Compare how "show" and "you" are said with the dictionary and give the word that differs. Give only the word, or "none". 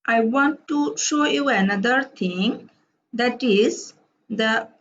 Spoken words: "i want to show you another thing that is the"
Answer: none